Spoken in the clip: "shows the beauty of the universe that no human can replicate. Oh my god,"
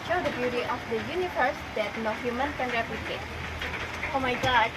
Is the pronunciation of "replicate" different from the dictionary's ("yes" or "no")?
yes